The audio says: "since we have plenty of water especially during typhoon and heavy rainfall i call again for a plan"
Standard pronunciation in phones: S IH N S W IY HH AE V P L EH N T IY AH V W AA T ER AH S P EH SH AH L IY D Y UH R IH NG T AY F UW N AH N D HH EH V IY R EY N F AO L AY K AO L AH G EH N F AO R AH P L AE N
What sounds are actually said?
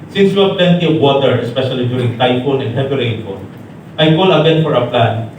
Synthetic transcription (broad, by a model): S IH N S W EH P L EH N T IY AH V W AA T ER AH S P EH SH AH L IY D Y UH R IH NG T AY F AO N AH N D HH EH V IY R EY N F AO N AY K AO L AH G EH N F AO R AH P L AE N